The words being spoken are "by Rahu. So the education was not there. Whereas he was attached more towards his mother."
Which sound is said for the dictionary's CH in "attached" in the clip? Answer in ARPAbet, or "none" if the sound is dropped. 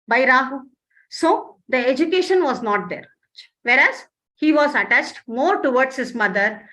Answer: CH